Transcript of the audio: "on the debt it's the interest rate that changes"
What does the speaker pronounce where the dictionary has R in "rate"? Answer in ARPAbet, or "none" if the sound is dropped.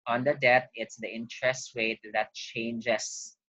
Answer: W